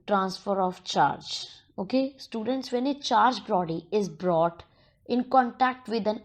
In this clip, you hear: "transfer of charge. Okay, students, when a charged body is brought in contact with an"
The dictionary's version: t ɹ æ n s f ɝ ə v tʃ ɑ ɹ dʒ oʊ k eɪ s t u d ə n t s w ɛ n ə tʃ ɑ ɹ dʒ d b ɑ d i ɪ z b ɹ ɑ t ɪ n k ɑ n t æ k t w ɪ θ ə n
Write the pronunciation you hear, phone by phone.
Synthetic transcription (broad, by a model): t ɹ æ n s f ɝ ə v tʃ ɑ ɹ dʒ oʊ k eɪ s t u d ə n t s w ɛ n ə tʃ ɑ ɹ dʒ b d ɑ d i ɪ z b ɹ ɑ t ɪ n k ɑ n t æ k t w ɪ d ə n